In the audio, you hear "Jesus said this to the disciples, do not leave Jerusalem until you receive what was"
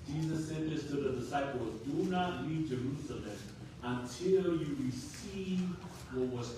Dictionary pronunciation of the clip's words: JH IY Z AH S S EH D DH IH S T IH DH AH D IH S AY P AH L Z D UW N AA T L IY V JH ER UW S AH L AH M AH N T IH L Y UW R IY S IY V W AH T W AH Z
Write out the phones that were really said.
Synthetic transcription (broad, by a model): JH IY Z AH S S EH D DH IH S T IH DH AH D IH S AY P AH L Z D UW N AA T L IY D JH ER UW S AH L AH M AH N T IH L Y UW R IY S IY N W AH T W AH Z